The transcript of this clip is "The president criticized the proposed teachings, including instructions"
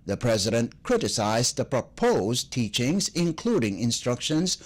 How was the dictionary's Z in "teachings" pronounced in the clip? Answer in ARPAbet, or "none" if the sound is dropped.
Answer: Z